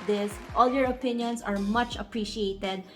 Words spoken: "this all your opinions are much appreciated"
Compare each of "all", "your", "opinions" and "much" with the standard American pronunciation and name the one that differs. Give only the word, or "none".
opinions